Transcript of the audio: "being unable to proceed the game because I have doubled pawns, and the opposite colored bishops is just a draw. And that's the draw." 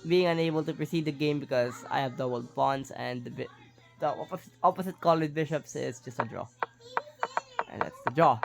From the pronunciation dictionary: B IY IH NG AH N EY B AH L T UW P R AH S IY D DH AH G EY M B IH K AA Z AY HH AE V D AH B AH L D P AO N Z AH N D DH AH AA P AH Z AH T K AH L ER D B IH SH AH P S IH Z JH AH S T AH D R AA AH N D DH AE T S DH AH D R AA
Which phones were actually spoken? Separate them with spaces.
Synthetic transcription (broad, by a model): B IY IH NG AH N EY B AH L T UW P R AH S IY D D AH G EY M B IH K AA Z AY HH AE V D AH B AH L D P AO N S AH N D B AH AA P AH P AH T K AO L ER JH B IH SH AH P S IH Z JH AH S T AH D R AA AH N D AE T S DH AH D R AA